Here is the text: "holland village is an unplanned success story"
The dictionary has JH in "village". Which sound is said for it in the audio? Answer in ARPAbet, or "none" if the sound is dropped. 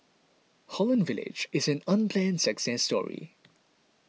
JH